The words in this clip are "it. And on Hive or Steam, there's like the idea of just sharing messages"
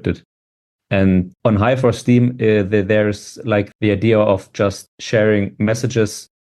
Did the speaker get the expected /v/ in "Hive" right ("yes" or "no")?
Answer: no